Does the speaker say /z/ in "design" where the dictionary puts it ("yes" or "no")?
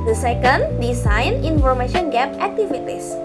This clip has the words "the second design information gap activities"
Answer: no